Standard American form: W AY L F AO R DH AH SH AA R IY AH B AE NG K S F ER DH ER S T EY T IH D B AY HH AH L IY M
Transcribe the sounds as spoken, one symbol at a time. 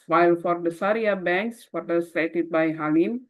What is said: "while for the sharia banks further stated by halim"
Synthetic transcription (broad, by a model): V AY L F AO R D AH S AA R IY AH B AE NG K S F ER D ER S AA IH T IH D B AY HH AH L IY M